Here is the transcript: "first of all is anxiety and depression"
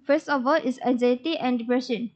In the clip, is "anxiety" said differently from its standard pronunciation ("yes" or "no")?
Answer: yes